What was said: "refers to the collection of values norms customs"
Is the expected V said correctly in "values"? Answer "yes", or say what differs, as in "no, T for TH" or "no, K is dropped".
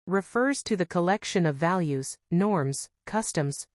yes